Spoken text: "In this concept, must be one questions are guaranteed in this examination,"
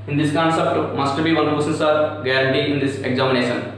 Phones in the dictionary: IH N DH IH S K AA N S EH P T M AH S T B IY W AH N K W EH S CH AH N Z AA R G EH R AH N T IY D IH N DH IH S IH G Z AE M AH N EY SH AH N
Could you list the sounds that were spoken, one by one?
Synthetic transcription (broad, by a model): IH N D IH S K AA N S EH P T M AH S T B IY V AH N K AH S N S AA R G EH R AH N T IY IH N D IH S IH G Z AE M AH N EY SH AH N